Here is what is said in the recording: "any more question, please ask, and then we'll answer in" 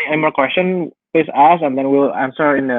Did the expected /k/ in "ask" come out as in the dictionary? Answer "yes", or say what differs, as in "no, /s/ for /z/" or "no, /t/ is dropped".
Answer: no, /k/ is dropped